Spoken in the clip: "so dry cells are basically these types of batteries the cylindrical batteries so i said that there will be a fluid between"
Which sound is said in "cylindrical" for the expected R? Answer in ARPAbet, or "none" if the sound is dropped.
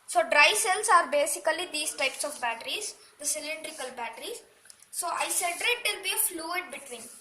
R